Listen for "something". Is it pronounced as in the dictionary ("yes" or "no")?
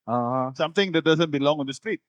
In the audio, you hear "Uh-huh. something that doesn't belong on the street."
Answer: no